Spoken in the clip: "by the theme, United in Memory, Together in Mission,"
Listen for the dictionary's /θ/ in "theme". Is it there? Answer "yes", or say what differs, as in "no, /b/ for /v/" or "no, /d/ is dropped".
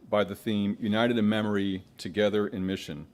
yes